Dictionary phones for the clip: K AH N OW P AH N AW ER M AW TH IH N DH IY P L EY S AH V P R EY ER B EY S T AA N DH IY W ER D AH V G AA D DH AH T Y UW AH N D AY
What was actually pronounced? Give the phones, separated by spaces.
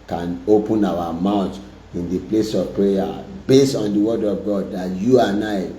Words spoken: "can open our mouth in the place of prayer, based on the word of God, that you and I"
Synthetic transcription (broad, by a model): K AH N OW P AH N AW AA M AW T IH N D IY P L EY S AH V P R EY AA B EY S T AA N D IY W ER D AH V G AA D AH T Y UW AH N AY